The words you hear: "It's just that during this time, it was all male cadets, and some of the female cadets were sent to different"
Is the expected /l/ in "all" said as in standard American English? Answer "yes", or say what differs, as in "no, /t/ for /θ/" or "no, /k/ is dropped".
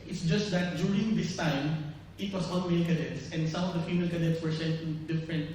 no, /n/ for /l/